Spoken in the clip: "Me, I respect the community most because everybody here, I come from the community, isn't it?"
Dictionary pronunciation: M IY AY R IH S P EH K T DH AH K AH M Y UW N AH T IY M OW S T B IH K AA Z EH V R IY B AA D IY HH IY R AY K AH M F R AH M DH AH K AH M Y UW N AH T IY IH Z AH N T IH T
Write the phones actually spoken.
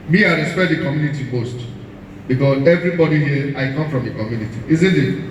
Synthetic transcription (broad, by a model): M IY AY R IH S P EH T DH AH K AH M Y UW N AH T IY M OW S T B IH K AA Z EH V R IY B AA D IY HH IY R AY K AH M F R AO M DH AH K AH M Y UW N AH T IY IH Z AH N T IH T